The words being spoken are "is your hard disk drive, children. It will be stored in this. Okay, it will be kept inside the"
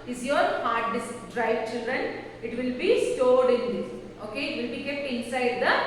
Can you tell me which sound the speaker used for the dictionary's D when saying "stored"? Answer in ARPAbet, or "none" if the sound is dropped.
D